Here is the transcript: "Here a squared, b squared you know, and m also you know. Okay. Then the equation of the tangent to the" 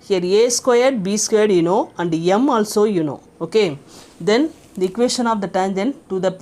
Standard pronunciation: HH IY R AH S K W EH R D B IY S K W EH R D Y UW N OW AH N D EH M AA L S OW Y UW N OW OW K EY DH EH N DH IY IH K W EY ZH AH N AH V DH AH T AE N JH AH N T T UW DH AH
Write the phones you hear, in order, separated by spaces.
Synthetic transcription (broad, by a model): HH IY R AH S K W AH R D B IY S K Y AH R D Y UW N OW AH N D EH M AA L S OW Y UW N OW OW K EY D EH N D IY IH K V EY S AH N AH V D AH T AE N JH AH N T T UW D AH